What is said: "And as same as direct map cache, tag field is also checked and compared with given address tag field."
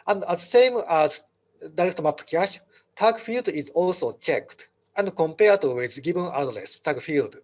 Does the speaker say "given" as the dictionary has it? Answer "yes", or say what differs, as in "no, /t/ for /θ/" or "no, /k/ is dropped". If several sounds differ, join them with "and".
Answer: no, /b/ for /v/